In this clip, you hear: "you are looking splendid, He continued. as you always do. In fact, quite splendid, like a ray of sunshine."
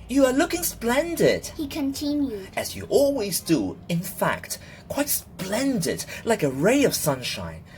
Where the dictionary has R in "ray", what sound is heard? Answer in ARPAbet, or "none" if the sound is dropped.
R